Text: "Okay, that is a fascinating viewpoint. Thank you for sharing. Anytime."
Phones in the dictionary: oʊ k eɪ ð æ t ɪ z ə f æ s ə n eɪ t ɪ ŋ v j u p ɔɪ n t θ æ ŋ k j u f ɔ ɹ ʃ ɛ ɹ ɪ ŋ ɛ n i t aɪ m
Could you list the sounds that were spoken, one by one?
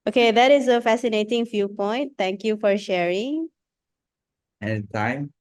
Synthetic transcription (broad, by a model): oʊ k eɪ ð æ t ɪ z ə f æ s ə n eɪ t ɪ ŋ f j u p ɔɪ n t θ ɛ ŋ k j u f ɔ ɹ ʃ ɛ ɹ ɪ ŋ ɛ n t aɪ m